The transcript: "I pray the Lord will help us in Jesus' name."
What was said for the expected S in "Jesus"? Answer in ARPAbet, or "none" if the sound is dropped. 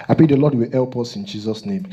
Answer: S